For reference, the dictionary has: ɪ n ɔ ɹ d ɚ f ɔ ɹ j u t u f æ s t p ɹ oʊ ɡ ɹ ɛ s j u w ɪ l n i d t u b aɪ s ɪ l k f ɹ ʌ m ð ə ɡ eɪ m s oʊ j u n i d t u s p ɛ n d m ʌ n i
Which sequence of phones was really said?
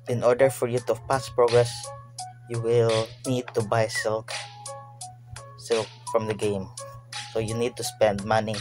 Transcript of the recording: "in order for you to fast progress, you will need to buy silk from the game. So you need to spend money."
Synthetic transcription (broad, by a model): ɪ n ɔ ɹ d ɚ f ɔ ɹ j u t u p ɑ s p ɹ oʊ ɡ ɹ ɛ s j u w ɪ l n i d t u b aɪ s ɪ l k f ɹ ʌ m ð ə ɡ eɪ m s oʊ j u n i d t u s p ɛ n d m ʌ n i